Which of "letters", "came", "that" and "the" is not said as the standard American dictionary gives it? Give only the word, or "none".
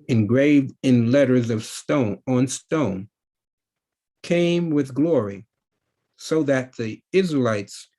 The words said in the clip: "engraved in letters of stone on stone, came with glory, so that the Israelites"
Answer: none